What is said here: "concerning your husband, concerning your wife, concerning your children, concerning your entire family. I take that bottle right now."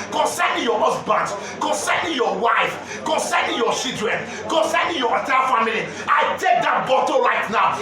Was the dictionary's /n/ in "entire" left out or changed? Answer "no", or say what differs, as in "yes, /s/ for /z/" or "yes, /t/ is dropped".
yes, /n/ is dropped